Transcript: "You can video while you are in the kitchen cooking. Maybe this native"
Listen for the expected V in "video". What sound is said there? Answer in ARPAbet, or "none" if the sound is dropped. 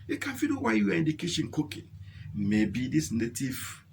F